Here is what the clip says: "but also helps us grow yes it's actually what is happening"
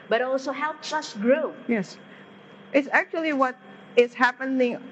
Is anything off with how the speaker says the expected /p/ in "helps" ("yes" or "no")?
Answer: no